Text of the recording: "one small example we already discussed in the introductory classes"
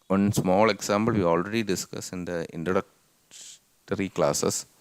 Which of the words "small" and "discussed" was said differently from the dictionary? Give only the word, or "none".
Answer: discussed